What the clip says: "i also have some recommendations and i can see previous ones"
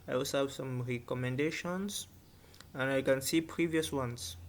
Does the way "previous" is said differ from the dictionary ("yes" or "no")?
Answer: no